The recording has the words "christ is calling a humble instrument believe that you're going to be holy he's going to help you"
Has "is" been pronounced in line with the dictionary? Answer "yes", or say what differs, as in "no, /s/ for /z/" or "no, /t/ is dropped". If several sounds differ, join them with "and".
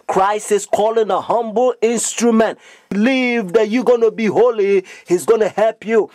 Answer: no, /s/ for /z/